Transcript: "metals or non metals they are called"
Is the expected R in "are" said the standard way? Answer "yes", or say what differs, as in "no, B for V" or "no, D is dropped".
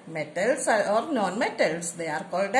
yes